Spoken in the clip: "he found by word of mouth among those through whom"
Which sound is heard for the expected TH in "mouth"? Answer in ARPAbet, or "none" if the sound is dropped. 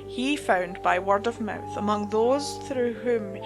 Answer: TH